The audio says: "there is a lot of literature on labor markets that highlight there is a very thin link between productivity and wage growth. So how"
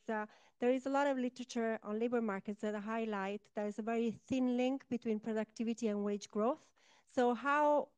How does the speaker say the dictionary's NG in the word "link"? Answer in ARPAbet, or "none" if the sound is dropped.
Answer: NG